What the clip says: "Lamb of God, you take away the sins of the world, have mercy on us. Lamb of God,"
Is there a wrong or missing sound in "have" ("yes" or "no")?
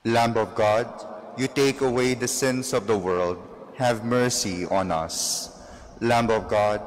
no